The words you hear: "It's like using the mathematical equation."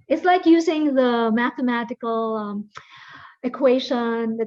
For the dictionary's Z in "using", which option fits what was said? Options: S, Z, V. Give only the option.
Z